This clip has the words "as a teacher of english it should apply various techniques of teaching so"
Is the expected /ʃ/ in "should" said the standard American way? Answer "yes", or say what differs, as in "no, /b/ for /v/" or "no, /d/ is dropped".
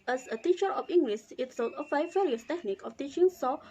no, /s/ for /ʃ/